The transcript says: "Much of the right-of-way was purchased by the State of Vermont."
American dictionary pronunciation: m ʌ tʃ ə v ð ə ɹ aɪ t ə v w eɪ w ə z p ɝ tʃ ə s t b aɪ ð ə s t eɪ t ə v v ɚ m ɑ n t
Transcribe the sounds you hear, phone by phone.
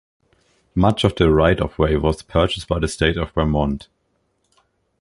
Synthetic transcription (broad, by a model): m ʌ tʃ ə v ð ə ɹ aɪ t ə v w eɪ w ə z p ɝ tʃ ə s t b aɪ ð ə s t eɪ t ə v b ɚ m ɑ n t